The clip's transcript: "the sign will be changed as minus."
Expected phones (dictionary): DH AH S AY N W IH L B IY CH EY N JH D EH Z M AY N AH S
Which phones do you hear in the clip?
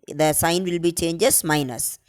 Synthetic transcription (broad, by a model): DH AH S AY N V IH L B IY CH EY N JH EH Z M AY N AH S